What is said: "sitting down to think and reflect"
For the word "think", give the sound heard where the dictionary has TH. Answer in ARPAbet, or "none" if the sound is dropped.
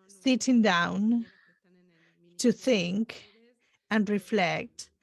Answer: TH